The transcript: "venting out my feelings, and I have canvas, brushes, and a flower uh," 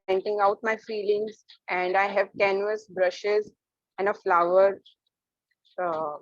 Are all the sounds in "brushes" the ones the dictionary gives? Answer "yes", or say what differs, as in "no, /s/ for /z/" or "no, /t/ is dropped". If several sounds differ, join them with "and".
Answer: yes